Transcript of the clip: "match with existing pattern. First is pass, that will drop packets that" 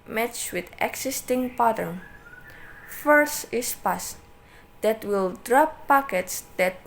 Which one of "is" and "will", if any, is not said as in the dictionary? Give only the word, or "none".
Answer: is